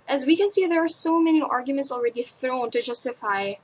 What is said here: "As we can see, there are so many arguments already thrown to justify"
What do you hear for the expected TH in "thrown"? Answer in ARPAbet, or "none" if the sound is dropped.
TH